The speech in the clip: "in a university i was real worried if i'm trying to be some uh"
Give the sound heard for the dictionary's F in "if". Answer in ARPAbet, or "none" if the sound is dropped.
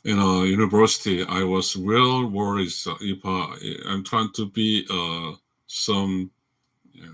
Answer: P